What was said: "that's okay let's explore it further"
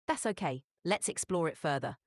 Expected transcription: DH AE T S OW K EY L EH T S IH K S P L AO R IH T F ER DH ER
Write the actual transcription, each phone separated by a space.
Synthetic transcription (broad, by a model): DH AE T S OW K EY L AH T S IH K S P L AO R IH T F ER DH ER